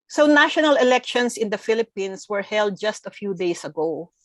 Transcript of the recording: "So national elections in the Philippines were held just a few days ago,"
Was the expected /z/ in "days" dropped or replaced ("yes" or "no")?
yes